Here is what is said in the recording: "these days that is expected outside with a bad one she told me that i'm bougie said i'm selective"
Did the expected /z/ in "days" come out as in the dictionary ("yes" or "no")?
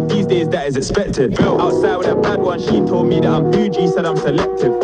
yes